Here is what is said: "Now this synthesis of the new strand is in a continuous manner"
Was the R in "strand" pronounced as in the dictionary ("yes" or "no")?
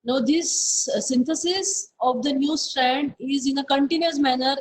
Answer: yes